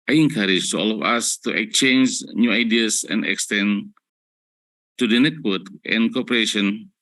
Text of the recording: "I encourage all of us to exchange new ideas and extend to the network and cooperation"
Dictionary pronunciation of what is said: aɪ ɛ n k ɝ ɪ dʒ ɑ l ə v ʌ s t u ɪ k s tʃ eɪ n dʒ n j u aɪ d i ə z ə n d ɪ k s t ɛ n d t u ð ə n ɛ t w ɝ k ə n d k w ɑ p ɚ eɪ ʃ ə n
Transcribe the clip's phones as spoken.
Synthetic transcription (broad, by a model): aɪ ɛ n k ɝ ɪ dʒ ɑ l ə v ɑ s t u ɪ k tʃ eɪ n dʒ n j u aɪ d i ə s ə n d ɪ k s t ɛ n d t u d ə n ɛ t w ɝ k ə n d k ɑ p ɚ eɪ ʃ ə n